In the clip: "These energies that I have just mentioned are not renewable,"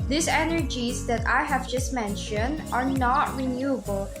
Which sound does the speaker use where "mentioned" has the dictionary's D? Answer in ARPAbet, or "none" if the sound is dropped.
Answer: D